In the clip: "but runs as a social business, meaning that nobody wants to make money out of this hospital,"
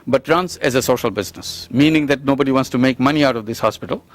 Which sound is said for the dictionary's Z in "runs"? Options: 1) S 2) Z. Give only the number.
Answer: 1